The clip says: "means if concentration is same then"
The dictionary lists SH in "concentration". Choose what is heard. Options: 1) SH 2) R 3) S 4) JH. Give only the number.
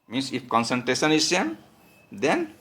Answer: 3